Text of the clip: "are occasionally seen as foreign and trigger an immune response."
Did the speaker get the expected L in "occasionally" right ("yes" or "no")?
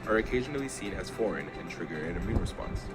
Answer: yes